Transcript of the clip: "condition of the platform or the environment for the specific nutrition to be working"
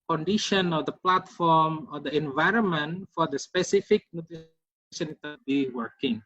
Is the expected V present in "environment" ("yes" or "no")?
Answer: yes